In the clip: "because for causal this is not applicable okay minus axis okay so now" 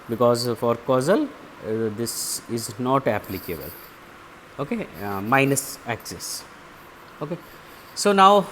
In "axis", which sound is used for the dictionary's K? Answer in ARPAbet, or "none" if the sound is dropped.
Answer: K